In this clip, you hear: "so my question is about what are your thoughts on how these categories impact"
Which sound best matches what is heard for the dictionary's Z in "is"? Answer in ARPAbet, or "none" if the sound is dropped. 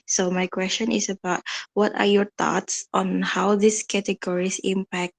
S